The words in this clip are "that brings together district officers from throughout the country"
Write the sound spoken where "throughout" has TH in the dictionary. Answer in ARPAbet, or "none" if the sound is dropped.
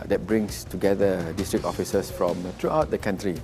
T